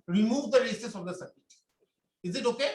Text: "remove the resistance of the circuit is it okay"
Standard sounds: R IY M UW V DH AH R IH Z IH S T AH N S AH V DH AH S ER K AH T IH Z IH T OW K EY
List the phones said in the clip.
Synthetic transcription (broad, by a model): R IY M UW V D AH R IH S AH S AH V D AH S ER AH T IH Z IH T OW K EY